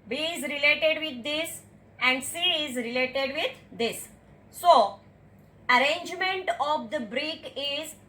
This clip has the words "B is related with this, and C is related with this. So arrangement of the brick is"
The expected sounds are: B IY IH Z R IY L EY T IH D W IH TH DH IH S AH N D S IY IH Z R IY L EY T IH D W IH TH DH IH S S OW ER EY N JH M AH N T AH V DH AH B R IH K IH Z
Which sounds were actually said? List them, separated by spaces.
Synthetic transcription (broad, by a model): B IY IH Z R IY L EY T IH D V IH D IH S AH N D S IY IH Z R IY L EY T IH D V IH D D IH S S OW ER EY N JH M AH N T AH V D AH B R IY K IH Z